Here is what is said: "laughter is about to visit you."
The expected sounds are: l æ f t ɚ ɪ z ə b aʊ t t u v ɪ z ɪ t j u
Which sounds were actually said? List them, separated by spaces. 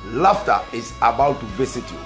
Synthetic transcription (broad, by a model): l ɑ f t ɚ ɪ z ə b aʊ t t u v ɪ s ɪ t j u